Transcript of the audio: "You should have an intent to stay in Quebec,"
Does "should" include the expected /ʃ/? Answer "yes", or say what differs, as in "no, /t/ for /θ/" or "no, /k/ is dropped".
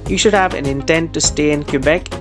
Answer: yes